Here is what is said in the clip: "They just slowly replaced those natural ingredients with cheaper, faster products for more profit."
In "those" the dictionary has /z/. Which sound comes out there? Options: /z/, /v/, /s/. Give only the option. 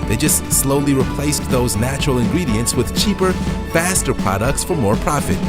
/z/